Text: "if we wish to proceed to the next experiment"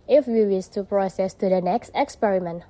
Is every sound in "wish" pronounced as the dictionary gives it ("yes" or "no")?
no